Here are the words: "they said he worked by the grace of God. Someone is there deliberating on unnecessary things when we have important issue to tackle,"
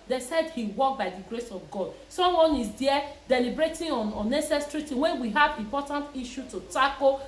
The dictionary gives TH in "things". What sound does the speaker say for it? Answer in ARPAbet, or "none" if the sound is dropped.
T